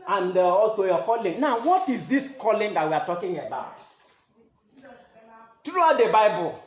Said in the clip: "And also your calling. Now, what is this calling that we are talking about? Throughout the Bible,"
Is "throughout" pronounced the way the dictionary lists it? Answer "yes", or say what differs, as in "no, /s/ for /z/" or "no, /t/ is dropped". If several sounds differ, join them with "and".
no, /t/ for /θ/